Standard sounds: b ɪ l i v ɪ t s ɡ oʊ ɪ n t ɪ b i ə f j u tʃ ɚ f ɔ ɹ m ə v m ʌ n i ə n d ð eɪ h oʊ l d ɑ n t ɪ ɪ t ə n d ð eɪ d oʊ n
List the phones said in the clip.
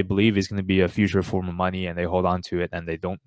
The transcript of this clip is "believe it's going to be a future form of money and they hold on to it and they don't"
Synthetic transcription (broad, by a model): b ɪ l i v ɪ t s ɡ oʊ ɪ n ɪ b i ə f j u tʃ ɚ f ɔ ɹ m ə v m ʌ n i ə n ð eɪ h oʊ l d ɑ n t ɪ ɪ t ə n ð eɪ d oʊ n